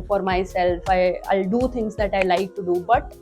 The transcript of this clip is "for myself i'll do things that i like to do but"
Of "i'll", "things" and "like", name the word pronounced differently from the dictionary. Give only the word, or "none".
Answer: things